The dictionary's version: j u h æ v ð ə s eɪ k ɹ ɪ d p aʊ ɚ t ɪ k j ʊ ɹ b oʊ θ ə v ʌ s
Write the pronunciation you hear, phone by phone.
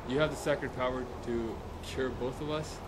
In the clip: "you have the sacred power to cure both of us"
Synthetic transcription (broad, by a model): j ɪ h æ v ð ə s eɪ k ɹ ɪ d p aʊ ɚ t ɪ k j ʊ ɹ b oʊ θ ə v ʌ s